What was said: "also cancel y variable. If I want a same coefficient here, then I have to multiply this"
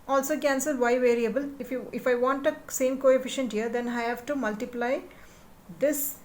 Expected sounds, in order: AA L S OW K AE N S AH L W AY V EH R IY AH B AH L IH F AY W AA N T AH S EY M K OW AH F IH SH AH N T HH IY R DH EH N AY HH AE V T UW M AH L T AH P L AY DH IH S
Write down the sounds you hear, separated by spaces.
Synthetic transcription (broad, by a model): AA L S OW K AE N S AH L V AY V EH R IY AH B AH L IH F AY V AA N T AH S EY M K OW AH F IH SH AH N T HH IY R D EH N AY HH AE V T UW M AH L T AH P L AY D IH S